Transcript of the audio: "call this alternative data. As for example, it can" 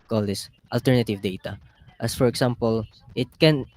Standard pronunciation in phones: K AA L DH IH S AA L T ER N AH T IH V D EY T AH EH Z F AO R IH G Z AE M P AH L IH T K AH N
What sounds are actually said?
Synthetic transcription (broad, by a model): K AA L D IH S AA L T ER N AH T IH V D EY T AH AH S F AO R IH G S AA M P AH L IH T K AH N